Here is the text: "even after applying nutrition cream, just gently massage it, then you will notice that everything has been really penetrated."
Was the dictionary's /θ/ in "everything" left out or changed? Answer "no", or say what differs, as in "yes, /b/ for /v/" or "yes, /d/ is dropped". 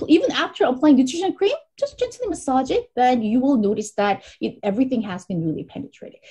no